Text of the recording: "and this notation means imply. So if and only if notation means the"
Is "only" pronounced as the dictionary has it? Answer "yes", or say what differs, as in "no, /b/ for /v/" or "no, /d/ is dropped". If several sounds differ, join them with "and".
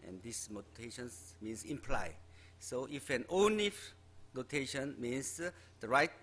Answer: no, /l/ is dropped